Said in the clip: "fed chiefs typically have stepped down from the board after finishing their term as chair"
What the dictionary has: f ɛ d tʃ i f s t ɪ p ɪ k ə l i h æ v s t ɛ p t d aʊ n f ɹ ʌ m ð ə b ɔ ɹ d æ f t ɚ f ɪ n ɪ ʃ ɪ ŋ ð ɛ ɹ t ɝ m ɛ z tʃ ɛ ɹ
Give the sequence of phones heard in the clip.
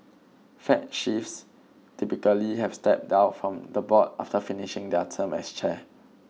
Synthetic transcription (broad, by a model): f ɛ tʃ i f s t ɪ p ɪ k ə l i h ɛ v s t ɛ p t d aʊ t f ɹ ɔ m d ə b ɔ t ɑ f t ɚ f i n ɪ ʃ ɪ ŋ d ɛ t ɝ m ɛ s tʃ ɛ